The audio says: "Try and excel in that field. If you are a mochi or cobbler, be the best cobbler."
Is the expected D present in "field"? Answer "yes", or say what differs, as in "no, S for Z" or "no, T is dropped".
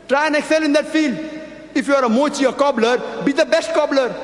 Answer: yes